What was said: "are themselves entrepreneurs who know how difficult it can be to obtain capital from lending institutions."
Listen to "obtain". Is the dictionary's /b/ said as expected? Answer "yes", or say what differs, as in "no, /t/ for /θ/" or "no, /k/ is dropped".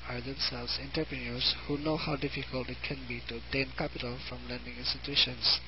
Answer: no, /b/ is dropped